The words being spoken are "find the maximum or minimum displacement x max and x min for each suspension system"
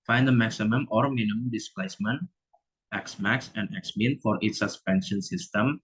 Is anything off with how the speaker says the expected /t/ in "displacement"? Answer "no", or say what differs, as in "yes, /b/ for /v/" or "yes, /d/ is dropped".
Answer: no